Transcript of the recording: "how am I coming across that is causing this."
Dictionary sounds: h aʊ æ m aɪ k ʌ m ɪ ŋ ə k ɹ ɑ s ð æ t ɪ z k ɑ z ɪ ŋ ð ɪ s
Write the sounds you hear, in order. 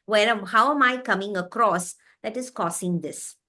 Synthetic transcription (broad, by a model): h aʊ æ m aɪ k ʌ m ɪ ŋ ə k ɹ ɑ s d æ t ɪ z k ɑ s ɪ ŋ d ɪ s